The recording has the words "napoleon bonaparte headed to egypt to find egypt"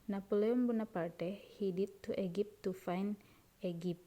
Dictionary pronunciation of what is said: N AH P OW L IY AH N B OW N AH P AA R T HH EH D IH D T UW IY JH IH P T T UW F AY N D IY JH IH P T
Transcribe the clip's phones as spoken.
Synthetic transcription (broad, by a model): N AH P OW L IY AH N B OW N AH P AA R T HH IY D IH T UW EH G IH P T T UW F AY N EH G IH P